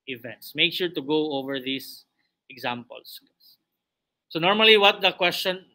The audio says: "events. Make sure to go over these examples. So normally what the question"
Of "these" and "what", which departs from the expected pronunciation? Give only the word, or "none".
these